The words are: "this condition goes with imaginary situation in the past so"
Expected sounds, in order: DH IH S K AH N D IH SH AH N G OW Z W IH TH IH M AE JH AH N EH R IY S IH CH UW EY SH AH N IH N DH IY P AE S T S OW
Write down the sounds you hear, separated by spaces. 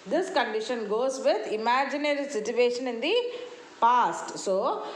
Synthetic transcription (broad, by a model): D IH S K AH N D IH SH AH N G OW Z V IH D IH M AE JH AH N EH R IY S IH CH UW EY SH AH N IH N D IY P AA S T S OW